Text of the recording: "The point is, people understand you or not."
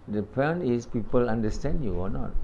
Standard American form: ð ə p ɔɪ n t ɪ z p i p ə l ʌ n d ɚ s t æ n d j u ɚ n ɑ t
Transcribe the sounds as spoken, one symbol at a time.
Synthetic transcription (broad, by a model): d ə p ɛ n ɪ s p i p ə l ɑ n d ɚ s t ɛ n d j u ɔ n ɑ t